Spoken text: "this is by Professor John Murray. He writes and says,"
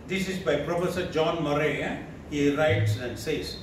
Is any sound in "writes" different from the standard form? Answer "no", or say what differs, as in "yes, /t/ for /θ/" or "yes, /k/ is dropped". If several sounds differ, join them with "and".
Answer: no